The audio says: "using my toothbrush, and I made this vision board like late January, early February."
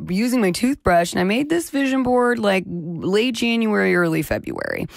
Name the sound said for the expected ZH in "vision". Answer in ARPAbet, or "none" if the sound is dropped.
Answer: ZH